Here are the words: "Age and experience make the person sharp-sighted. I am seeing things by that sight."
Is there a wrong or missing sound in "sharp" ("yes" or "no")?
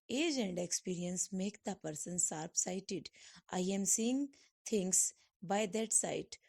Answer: yes